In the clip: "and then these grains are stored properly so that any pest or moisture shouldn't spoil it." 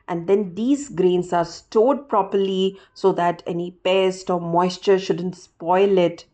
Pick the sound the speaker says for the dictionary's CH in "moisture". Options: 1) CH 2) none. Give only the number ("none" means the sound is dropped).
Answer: 1